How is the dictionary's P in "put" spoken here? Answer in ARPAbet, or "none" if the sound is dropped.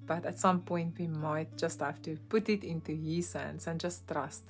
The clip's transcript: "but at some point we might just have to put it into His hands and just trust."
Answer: P